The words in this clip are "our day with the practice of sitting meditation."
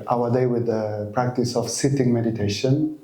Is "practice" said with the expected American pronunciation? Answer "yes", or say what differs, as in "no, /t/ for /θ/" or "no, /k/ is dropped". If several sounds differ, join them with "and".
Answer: yes